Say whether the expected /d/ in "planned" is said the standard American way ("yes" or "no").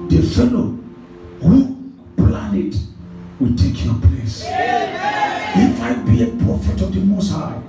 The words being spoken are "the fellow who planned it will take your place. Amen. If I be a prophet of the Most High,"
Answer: no